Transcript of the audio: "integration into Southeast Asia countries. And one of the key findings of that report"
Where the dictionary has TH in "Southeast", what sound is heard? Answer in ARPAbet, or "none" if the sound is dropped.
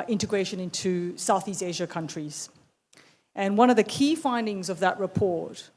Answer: TH